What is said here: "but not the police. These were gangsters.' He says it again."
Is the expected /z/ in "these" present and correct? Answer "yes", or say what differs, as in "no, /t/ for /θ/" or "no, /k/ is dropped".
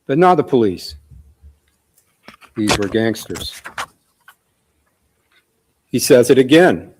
yes